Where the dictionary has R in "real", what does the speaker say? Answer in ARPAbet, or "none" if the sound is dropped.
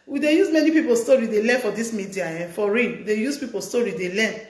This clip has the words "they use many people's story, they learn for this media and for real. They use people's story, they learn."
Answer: W